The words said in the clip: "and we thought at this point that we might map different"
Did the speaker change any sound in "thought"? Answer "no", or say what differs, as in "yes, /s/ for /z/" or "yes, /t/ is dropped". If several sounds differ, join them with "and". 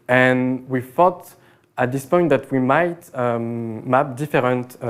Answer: yes, /f/ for /θ/